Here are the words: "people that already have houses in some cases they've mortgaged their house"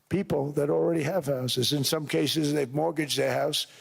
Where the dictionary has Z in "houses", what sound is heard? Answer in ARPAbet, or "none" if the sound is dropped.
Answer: Z